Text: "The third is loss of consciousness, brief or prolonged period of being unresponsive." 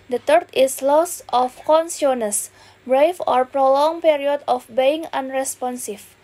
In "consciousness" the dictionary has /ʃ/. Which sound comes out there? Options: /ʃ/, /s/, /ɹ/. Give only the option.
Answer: /s/